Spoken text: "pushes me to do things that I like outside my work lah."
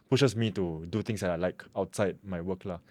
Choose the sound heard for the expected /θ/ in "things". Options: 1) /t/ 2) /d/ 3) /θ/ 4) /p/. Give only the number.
1